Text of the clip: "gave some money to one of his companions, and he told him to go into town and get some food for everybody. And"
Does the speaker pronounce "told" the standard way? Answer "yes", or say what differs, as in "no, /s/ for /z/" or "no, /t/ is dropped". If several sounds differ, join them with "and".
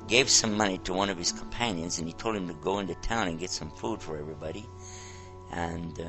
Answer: yes